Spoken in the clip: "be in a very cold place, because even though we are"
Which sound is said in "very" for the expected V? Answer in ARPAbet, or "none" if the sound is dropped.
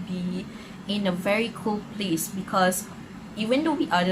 V